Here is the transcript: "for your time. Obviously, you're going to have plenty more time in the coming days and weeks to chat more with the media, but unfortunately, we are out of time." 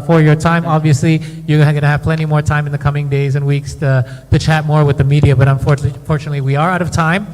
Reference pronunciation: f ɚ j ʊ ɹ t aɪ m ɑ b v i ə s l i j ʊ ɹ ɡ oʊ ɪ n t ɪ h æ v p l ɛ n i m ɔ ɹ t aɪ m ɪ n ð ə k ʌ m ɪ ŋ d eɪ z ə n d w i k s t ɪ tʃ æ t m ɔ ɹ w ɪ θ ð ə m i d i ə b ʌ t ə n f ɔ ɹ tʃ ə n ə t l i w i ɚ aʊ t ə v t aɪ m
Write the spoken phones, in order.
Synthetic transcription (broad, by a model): f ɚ j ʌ ɹ t aɪ m ɑ b v i ə s l i j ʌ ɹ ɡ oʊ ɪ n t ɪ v p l ɛ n i m ɔ ɹ t aɪ m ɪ n ð ə k ʌ m ɪ ŋ d eɪ z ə n w i k s t ɪ tʃ æ t m ɔ ɹ w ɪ ð ə m i d i ə b ʌ t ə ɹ f ɔ ɹ tʃ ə n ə t l i w i ɚ aʊ t ə v t aɪ m